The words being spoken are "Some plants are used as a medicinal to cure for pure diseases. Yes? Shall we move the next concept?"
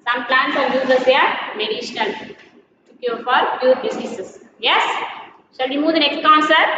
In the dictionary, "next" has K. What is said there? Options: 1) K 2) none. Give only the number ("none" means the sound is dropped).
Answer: 1